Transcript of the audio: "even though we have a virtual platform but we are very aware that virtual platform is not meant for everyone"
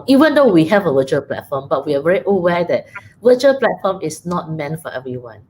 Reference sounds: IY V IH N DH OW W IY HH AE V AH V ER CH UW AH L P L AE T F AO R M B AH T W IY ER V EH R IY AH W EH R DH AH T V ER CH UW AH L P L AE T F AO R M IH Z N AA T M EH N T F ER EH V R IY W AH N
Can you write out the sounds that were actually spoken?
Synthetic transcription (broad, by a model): IY V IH N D OW W IY HH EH V AH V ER CH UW AH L P L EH T F AO M B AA T W IY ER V EH R IY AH W EH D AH T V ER CH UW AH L P L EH T F AO M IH S N AA T M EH N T F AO EH V R IY W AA N